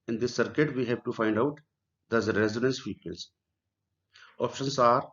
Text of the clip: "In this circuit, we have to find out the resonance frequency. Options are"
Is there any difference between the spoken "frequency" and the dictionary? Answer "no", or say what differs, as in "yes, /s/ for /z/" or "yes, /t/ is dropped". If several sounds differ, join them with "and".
yes, /ɹ/ is dropped